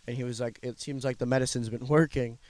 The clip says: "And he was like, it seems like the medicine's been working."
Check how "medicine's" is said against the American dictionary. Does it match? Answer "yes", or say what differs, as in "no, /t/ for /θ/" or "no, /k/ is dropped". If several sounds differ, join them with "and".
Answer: yes